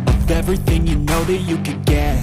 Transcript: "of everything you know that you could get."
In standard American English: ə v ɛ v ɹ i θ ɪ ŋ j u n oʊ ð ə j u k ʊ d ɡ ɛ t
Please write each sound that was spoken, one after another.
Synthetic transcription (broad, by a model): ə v ɛ v ɹ i θ ɪ ŋ j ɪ n oʊ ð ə j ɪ k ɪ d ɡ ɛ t